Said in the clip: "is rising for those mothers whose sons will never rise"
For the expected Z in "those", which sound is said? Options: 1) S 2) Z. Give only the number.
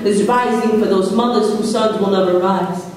2